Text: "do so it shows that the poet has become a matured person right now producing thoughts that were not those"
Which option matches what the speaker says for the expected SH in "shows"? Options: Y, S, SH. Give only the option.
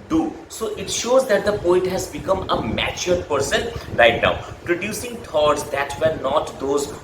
SH